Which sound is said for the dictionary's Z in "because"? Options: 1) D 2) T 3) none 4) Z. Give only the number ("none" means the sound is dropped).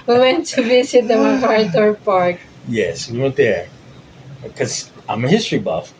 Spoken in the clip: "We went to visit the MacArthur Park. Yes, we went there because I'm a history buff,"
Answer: 3